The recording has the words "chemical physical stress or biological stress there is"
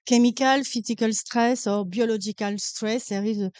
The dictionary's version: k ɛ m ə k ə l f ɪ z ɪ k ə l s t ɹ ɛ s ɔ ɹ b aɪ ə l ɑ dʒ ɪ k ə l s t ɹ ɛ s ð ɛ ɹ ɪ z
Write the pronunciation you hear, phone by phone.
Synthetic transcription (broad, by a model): k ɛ m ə k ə l f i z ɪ k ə l s t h ɛ s ɔ ɹ b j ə l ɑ ʒ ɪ k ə l s t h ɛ s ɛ ɹ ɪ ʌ